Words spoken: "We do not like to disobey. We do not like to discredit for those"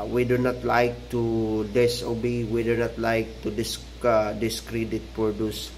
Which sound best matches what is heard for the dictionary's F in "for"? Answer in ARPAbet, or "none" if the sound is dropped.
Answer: P